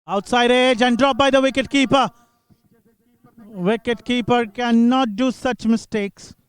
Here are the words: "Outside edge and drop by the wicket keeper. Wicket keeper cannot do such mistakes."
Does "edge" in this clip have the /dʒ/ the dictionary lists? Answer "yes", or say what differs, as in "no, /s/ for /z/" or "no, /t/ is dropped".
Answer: yes